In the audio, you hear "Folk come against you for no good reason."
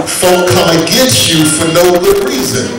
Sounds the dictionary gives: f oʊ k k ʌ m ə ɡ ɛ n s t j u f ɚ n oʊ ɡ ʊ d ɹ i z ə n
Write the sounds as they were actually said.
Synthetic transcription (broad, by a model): f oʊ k k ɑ ə ɡ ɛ s j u f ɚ n oʊ ɡ ʊ d ɹ i z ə n